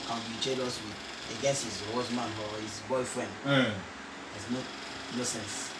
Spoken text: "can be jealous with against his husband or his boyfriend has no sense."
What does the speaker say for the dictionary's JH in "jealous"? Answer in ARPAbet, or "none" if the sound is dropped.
CH